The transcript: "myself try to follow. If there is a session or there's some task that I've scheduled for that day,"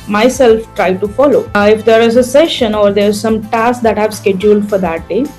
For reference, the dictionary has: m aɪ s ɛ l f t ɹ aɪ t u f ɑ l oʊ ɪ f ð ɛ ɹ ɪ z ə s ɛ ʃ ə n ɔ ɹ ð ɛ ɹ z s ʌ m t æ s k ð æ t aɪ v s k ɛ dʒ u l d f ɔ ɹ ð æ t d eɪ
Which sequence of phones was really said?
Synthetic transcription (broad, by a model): m aɪ s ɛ l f t ɹ aɪ t u f ɑ l oʊ ɪ f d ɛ ɹ ɪ z ə s ɛ ʃ ə n ɔ ɹ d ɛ ɹ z s ʌ m t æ s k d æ t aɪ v s k ɛ dʒ u l d f ɔ ɹ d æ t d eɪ